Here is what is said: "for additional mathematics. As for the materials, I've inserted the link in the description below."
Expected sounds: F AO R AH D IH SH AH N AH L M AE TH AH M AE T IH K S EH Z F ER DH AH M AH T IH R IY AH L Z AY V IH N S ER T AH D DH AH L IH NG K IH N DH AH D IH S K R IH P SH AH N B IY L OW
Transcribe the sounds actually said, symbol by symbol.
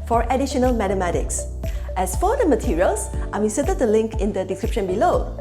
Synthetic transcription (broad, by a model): F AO R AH D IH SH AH N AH L M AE T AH M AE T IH K S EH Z F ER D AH M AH T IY R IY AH L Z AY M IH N S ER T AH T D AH L IH NG K IH N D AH D IH S K R IH P SH AH N B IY L OW